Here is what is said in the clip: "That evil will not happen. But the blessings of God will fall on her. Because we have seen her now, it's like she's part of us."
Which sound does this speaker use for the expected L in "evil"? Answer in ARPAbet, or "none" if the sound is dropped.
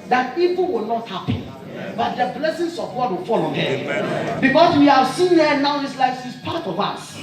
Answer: N